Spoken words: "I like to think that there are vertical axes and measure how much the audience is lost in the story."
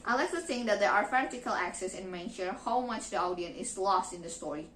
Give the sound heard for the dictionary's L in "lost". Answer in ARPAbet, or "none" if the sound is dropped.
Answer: L